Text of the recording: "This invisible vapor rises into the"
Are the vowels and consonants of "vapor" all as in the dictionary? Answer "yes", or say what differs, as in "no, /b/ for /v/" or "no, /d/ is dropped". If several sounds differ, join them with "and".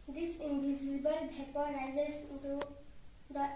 no, /b/ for /v/